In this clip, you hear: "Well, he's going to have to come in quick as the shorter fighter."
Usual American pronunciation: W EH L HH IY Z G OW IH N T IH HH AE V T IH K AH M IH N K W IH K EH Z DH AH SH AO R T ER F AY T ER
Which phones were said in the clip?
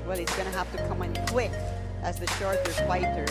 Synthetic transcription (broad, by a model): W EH L HH IY Z G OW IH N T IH HH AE F T IH K AH M IH N K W IH K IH Z DH AH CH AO R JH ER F AY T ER